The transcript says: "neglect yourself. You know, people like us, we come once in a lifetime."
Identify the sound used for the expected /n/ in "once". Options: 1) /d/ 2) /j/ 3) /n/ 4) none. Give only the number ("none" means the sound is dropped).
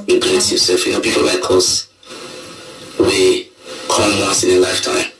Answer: 4